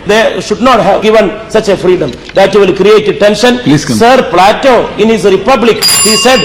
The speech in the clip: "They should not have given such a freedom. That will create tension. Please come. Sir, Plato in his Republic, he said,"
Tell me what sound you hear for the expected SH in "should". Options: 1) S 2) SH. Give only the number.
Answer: 2